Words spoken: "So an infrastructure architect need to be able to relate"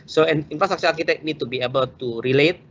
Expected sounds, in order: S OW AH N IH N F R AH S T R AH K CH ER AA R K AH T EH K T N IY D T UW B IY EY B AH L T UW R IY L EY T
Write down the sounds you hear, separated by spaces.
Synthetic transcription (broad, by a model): S OW AH N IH N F R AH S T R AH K S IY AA L K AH T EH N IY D T UW B IY EY B AH L T UW R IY L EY T